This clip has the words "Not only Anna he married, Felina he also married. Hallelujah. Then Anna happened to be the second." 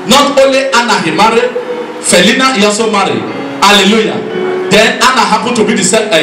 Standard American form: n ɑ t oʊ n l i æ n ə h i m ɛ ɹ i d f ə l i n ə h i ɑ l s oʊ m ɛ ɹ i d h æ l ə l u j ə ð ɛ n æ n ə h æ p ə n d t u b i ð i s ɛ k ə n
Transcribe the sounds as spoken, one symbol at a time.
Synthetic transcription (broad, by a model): n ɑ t oʊ n l i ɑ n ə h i m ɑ ɹ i f ə l i n ə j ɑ s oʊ m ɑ ɹ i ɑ l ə l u j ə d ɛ n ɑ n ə h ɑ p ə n t u b i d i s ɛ